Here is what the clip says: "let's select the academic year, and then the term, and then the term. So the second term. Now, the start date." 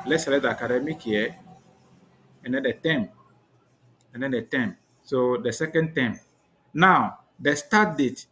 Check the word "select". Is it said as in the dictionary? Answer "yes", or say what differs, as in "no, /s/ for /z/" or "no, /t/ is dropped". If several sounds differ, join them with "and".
no, /k/ is dropped